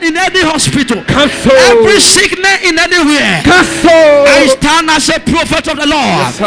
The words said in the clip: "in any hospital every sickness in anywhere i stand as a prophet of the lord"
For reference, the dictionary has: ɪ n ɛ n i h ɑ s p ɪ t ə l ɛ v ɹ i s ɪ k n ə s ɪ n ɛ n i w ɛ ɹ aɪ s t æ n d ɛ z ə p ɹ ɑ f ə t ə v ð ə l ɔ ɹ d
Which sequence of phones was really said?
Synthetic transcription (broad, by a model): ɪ n ɛ n i h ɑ s p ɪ t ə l ɛ v ɹ i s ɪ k n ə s ɪ n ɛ n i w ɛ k aɪ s t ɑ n ɑ s ə p ɹ ɑ f ə t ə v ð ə l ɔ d